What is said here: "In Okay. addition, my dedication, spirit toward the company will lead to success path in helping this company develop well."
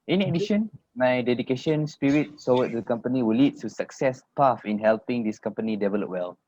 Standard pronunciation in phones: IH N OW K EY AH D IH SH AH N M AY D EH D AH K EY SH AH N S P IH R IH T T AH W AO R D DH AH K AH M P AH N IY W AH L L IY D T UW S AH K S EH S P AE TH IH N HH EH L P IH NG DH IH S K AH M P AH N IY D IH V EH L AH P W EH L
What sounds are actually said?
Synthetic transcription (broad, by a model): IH N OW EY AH D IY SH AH N M AY D EH D AH K EY SH AH N S P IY R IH T S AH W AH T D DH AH K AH M P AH N IY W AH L L IY D T UW S AH K S EH S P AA F IH N HH EH L P IH NG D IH S K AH M P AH N IY D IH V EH L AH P W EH L